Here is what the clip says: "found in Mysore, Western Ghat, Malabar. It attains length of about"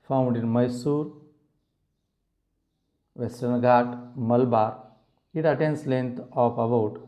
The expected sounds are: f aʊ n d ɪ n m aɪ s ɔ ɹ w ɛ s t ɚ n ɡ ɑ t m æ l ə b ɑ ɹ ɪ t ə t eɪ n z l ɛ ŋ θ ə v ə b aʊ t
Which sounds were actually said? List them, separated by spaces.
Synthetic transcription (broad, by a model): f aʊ n d ɪ n m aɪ s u ɹ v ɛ s t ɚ n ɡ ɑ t m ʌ l b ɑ ɹ ɪ t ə t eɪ n s l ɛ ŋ t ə p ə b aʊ t